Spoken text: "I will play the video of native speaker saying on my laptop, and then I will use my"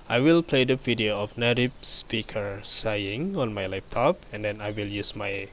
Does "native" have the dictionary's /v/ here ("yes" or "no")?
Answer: no